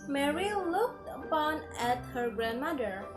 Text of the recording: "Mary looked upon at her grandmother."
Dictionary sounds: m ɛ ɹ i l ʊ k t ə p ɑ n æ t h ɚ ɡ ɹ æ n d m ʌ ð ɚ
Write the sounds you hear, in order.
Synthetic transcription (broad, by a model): m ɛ ɹ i l ʊ k t ə p ɑ n æ t h ɚ ɡ ɹ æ n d m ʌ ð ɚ